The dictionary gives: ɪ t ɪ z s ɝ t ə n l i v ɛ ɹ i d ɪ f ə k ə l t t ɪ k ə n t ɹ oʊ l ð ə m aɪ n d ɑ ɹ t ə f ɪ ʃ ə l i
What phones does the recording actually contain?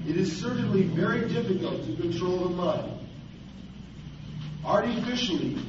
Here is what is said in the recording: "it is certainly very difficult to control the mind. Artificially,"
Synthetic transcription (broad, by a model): ɪ t ɪ z s ɝ t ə n l i v ɛ ɹ i d ɪ f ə k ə l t t ɪ k ə n t ɹ oʊ l ð ə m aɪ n ɑ ɹ t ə f ɪ ʃ l i